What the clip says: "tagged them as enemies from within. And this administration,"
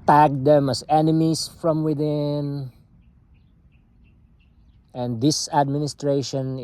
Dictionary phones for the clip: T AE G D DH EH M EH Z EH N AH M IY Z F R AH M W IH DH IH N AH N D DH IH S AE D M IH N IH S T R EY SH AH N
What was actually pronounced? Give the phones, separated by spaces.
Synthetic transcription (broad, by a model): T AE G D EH M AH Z EH N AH M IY S F R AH M W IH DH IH N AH N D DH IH S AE D M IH N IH S T R EY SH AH N